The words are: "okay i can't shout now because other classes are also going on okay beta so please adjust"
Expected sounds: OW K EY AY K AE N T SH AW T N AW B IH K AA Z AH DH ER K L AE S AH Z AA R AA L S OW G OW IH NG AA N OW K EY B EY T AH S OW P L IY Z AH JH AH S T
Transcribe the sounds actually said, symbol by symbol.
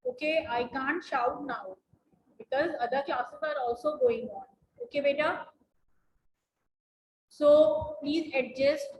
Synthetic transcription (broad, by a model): OW K EY AY K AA N T SH AW T N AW B IH K AA Z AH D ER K AA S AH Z AA R AA L S OW G OW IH NG AA N OW K EY B EY T AH S OW P L IY Z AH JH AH S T